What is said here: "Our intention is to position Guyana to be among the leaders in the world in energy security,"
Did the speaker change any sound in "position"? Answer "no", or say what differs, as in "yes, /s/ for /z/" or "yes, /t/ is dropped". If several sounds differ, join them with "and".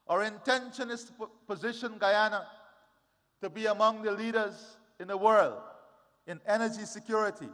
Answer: no